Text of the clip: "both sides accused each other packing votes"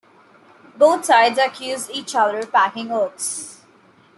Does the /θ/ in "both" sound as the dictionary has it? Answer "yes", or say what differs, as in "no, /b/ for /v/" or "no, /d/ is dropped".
no, /t/ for /θ/